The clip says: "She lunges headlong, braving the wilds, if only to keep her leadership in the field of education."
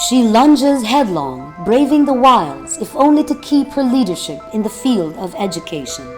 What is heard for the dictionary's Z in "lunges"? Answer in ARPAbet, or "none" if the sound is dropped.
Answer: Z